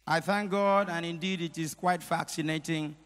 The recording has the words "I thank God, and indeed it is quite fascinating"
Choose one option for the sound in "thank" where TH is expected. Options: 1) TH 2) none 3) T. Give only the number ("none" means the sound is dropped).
1